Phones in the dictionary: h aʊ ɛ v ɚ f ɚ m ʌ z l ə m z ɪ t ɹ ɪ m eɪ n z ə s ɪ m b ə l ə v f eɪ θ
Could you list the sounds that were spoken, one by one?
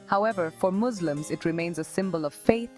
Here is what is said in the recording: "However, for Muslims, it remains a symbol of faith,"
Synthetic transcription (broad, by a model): h aʊ ɛ v ɚ f ɚ m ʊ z l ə m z ɪ t ɹ ɪ m eɪ n z ə s ɪ m b ə l ə v f eɪ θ